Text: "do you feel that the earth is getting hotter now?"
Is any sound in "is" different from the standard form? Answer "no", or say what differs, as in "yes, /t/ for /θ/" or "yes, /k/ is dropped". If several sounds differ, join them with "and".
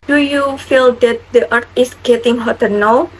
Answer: yes, /s/ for /z/